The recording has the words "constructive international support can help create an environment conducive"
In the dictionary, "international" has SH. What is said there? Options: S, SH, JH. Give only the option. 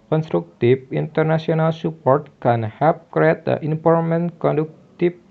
S